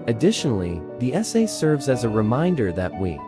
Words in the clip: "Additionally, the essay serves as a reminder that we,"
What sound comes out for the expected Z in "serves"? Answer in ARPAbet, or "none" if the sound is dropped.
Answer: Z